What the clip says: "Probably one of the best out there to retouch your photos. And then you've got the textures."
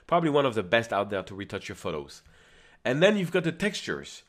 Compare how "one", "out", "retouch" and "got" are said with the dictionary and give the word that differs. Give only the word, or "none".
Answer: none